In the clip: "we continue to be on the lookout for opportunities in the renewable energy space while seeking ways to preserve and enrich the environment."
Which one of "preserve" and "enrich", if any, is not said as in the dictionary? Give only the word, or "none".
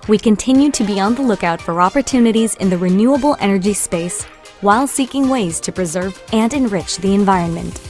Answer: none